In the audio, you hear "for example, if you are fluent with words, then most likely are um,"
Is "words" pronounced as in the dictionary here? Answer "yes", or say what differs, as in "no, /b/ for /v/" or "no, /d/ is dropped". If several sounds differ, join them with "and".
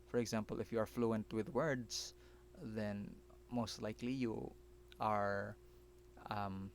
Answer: no, /s/ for /z/